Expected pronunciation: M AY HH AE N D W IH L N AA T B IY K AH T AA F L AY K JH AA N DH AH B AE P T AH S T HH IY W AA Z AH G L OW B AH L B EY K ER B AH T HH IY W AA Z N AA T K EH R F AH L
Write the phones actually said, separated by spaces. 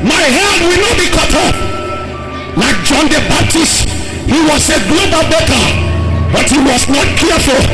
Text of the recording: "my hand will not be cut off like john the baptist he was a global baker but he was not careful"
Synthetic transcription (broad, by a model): M AY HH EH D W IH L N AA T B IY K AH T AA P L AY K JH AA N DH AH B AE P T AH S T HH IY W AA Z AH G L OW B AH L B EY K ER B AH T HH IY W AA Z N AA T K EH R F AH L